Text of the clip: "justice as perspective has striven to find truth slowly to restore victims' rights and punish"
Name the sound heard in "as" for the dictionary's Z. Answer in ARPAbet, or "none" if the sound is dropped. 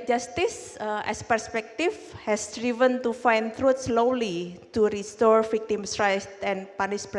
S